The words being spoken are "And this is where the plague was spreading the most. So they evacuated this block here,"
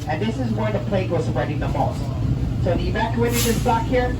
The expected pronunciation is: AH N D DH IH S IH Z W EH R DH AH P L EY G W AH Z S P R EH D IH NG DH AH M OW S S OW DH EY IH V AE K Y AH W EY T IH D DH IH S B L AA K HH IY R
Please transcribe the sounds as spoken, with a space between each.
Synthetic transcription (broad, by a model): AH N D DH IH S IH Z W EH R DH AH P L EY G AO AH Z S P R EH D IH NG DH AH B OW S S OW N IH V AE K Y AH EY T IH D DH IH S B L AA K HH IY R